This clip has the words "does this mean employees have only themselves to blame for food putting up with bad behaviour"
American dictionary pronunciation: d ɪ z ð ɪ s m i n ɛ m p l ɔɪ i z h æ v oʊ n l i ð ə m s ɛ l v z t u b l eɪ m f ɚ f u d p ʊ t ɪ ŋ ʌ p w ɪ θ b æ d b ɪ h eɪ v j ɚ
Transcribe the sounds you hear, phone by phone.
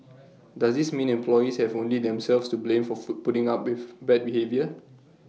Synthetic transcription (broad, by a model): d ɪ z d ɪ s m i n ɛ m p l ɔɪ i s h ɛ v oʊ n l i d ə m s ɛ l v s t u b l eɪ m f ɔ p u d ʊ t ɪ ŋ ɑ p w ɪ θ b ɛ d b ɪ h eɪ v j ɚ